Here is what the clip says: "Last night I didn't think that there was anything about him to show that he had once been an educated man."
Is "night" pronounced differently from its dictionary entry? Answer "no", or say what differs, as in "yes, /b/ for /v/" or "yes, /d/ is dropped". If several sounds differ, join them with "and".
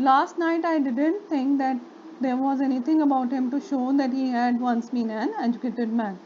no